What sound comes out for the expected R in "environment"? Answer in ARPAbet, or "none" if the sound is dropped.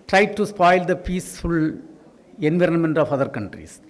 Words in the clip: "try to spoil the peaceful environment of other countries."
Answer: R